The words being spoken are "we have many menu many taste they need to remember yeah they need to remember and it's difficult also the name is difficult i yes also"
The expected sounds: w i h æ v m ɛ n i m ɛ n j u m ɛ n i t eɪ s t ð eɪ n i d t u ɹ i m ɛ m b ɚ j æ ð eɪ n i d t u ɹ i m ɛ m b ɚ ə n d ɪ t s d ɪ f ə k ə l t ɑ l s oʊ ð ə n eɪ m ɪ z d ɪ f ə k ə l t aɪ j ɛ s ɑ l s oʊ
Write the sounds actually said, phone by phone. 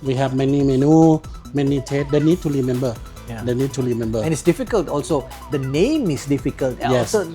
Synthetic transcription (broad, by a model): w i h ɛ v m ɛ n i m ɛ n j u m ɛ n i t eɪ t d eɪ n i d t u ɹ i m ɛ m b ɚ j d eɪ n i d t u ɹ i m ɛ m b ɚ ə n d ɪ t s d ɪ f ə k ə l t ɑ l s oʊ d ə n eɪ m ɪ s d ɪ f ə k ə l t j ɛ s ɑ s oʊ